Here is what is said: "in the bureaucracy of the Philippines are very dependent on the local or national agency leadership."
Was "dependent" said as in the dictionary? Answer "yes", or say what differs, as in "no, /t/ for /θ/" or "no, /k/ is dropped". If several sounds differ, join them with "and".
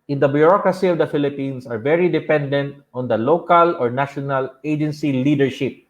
yes